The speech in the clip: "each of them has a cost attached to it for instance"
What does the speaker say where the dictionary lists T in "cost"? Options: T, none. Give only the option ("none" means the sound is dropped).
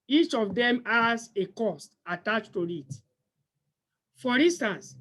T